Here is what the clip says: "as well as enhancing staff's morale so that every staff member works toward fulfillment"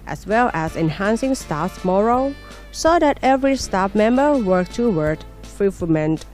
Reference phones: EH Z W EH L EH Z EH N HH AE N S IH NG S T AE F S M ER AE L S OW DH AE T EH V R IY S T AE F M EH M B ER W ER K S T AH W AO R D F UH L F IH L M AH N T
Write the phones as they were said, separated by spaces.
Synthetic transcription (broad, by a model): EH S W EH L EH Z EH N HH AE N S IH NG S T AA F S M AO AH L S OW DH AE T EH V R IY S T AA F M EH M B ER W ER K T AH W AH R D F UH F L M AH N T